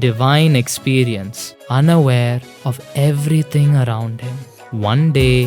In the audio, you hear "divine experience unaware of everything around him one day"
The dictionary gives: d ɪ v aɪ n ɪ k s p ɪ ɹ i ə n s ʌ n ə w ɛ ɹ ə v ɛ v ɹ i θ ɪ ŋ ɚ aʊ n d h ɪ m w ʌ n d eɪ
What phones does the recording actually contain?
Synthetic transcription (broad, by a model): d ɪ v aɪ n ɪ k s p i ɹ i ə n s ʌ n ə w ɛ ɹ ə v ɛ v ɹ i t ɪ ŋ ɚ aʊ n d h ɪ m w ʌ n d eɪ